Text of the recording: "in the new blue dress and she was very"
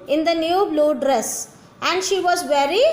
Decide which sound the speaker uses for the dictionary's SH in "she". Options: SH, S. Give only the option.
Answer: SH